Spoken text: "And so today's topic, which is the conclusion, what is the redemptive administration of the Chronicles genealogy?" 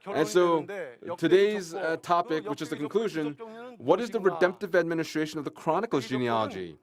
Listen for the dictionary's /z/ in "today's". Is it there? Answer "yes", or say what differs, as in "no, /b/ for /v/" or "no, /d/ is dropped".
yes